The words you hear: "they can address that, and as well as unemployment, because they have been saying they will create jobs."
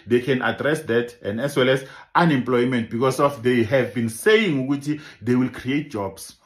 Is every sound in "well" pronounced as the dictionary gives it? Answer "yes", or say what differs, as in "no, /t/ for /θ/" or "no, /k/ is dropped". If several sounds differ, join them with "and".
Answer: yes